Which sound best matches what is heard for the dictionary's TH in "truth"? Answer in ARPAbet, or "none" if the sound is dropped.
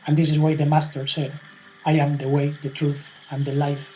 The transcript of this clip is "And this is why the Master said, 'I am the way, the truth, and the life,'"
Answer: TH